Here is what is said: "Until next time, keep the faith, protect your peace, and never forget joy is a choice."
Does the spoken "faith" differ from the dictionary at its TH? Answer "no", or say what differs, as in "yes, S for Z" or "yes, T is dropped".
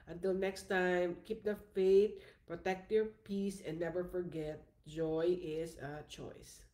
yes, T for TH